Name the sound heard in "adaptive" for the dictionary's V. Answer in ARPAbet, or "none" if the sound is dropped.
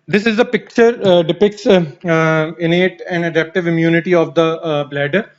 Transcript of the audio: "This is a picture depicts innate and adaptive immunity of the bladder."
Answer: V